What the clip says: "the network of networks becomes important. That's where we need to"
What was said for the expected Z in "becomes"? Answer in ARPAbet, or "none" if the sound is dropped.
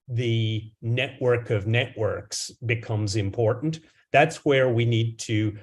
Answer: Z